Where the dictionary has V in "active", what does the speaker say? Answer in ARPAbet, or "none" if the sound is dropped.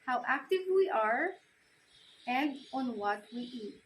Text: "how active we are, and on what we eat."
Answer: V